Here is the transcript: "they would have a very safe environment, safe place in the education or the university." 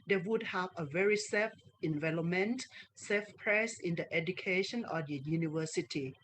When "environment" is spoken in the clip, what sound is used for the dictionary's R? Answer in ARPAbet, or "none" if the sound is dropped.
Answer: L